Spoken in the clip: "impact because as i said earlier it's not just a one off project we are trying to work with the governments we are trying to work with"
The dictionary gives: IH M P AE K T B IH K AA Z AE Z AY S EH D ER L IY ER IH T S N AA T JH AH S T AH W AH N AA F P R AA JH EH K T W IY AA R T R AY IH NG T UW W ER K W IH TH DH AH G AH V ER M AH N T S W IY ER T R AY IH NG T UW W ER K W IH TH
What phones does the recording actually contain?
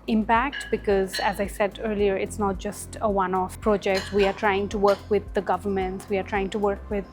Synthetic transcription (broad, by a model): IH M P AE K T B IH K AA Z AE Z AY S EH D ER L IY ER IH T S N AA T JH AH S T AH W AH N AA F P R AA JH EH K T W IY AA R T R AY IH NG T UW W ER K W IH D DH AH G AH V ER M AH N T S W IY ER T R AY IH NG T UW W ER K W IH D